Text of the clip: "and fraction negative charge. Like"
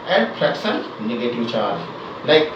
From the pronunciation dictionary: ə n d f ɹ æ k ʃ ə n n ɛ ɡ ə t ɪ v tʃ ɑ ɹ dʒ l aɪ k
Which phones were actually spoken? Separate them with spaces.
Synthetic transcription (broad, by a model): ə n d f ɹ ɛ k s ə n n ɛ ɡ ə t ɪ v tʃ ɑ ɹ dʒ l aɪ k